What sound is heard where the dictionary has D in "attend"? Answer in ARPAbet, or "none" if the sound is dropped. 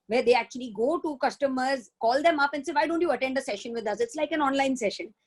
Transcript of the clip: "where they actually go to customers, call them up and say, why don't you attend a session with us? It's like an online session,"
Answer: D